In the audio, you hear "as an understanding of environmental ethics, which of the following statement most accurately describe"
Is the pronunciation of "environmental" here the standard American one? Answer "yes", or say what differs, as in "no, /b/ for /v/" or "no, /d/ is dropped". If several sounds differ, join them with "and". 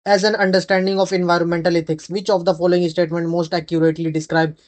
yes